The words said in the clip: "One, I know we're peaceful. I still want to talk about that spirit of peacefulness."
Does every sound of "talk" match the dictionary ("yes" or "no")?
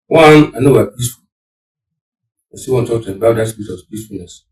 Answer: no